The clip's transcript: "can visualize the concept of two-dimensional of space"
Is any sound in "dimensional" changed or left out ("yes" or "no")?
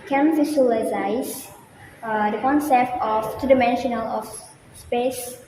no